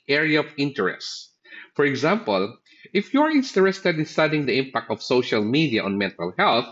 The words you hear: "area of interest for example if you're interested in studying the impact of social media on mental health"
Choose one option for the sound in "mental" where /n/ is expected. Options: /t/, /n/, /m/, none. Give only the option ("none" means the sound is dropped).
/n/